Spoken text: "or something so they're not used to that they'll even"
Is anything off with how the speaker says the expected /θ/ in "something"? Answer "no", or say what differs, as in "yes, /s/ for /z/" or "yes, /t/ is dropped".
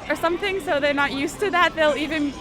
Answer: no